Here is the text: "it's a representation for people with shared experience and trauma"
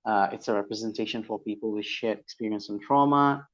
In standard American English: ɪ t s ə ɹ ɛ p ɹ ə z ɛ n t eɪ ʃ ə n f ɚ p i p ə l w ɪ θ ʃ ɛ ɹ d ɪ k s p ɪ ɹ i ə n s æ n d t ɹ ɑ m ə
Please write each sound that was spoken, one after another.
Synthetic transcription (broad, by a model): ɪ t s ə ɹ ɛ p ɹ ə z ɛ n t eɪ ʃ ə n f ɚ p i p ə l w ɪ ʃ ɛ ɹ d ɪ k s p ɪ ɹ i ə n s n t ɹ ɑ m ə